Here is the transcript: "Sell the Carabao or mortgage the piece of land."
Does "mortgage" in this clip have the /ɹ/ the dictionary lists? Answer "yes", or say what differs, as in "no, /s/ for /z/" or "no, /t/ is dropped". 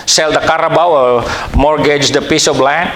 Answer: yes